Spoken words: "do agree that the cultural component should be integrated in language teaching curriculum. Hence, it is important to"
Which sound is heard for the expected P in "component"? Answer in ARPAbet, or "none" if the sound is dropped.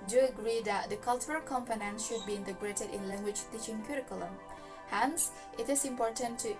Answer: F